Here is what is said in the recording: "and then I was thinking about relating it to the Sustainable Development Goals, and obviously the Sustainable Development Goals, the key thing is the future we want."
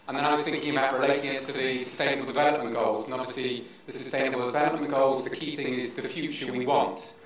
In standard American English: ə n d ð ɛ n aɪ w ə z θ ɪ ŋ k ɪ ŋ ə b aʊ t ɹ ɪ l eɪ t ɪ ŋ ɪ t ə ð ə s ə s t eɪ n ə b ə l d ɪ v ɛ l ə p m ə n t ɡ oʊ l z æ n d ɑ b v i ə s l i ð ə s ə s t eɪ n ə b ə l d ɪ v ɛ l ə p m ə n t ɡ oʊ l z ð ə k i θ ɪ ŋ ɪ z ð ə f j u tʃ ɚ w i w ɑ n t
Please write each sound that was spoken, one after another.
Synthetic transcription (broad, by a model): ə n ð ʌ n aɪ w ə z θ ɪ ŋ k ɪ ŋ ə b aʊ t ɹ ɪ l eɪ t ɪ ŋ ɪ t ə ð ə s ə s t eɪ n ə b ə l d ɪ v ɛ l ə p m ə n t ɡ oʊ l z n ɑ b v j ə s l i ð ə s ə s t eɪ n ə b ə l d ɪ v ɛ l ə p m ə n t ɡ oʊ l z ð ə k i θ ɪ ŋ ɪ z ð ə f j u tʃ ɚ w i w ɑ n t